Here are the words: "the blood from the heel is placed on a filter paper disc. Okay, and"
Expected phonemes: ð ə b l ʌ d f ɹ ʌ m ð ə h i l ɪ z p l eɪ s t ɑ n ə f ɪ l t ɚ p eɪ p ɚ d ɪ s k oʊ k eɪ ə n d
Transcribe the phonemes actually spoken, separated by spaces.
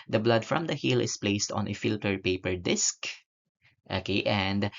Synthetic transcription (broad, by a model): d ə b l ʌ d f ɹ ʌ m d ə h i l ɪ s p l eɪ s t ɑ n ə f ɪ l t ɚ p eɪ p ɚ d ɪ s k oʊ k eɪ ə n d